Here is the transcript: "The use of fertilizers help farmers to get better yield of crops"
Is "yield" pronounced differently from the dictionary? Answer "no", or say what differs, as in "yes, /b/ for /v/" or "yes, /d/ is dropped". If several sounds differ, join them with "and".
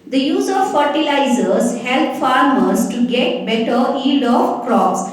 yes, /l/ is dropped